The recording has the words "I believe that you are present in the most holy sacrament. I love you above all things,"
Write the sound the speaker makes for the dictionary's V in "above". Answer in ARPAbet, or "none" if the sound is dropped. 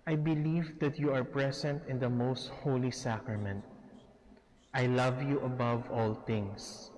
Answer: V